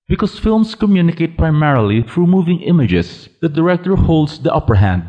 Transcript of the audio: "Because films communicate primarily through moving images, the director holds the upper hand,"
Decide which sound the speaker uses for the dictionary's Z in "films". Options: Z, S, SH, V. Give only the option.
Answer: S